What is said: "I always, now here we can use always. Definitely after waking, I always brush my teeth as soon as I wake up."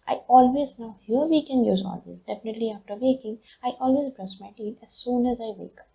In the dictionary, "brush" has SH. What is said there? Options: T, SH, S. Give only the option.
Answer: S